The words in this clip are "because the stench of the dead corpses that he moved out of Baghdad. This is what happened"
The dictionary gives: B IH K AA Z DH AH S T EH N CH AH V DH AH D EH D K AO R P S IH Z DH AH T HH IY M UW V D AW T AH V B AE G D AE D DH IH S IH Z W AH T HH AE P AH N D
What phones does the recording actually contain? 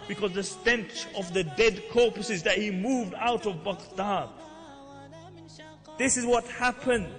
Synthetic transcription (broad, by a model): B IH K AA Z DH AH S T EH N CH AH V DH AH D EH D K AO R P S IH Z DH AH T HH IY M UW V D AW T AH V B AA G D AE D DH IH S IH Z W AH T HH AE P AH N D